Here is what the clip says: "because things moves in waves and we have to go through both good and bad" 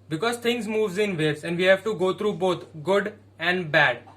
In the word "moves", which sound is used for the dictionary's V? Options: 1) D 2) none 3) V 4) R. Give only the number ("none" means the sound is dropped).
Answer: 3